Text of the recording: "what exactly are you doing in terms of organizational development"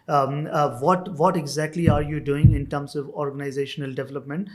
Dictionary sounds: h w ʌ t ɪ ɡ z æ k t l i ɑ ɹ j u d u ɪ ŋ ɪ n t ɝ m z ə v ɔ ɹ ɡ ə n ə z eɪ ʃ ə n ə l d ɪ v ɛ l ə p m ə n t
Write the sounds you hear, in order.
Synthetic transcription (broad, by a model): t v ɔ t ɪ ɡ z æ k t l i ɑ ɹ j u d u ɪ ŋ ɪ n t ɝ m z ə v ɔ ɹ ɡ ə n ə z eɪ ʃ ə n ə l d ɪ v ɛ l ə p m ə n t